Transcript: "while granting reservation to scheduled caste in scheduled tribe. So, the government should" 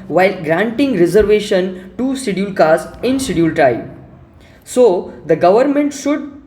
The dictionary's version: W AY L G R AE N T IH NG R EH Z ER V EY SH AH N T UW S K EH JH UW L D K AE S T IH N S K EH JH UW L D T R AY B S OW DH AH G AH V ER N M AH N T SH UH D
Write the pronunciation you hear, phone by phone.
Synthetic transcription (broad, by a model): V AY L G R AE N T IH NG R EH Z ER V EY SH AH N T UW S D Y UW L K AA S IH N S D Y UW L T R AY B S OW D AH G AH V ER N M AH N T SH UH D